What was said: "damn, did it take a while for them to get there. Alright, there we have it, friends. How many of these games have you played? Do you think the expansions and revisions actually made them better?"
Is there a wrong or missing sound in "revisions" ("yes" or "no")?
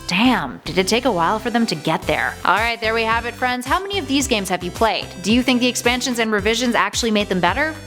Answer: no